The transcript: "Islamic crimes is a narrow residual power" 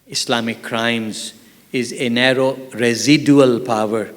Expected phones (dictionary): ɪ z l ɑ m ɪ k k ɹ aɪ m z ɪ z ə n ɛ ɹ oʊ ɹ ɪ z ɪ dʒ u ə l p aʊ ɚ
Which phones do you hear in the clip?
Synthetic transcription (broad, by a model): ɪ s l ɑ m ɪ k k ɹ aɪ m z ɪ z ə n ɛ ɹ oʊ ɹ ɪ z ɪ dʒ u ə l p aʊ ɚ